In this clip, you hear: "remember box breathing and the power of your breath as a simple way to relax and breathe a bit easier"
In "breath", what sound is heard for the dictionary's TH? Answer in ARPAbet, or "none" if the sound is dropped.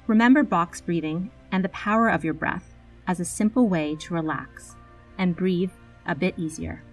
TH